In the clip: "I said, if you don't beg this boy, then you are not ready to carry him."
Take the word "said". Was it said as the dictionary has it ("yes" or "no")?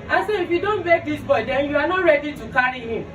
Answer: no